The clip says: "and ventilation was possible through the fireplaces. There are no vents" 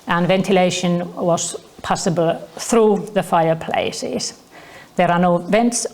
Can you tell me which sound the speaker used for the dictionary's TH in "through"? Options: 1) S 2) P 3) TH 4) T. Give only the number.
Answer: 3